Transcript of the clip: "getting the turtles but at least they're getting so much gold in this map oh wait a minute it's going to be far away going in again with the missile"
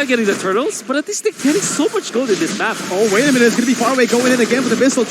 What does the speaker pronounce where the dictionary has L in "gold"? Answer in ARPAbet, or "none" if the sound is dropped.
none